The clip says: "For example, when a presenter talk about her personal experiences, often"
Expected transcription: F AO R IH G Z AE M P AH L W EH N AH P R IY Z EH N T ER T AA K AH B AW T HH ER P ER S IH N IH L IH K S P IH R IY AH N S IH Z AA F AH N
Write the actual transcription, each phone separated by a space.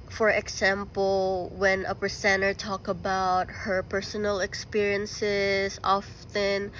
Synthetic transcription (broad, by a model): F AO R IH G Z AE M P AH L W EH N AH P R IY S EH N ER T AA K AH B AW T HH ER P ER S IH N IH L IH K S P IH R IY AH N S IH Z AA F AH N